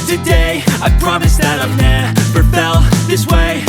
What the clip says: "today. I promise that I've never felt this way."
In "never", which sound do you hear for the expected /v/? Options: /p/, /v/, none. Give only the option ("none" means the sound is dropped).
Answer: /p/